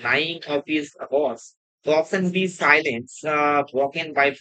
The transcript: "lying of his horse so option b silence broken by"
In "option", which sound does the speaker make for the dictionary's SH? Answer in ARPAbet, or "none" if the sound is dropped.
S